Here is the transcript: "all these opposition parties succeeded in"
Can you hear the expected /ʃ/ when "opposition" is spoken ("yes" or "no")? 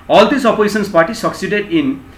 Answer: no